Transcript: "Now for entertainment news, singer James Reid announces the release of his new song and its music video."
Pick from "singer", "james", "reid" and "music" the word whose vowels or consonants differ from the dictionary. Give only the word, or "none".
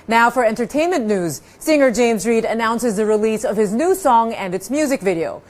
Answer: none